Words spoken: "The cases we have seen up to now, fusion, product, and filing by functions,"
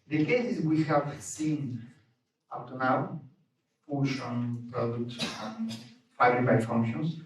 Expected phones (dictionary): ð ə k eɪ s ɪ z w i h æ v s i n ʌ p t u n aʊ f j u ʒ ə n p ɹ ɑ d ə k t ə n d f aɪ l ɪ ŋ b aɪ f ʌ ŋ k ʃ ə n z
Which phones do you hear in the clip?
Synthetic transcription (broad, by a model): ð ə k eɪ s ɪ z w i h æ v s i n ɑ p t u n aʊ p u ʃ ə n p ɹ ɑ d ə k t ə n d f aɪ ɪ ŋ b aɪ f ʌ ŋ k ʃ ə n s